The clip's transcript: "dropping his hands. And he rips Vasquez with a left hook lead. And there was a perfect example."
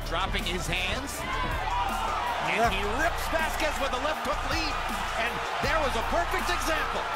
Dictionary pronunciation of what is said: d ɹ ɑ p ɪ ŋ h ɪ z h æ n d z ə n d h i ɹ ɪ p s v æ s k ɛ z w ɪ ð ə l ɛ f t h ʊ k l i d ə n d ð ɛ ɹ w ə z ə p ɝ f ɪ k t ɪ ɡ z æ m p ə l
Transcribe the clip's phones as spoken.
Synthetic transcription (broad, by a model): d ɹ ɑ p ɪ ŋ ɪ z h æ n d z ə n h i ɹ ɪ p s b æ s k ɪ s w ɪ ð ə l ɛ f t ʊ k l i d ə n ð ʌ ɹ w ə z ə p ɝ f ɪ k t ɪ ɡ z æ m p l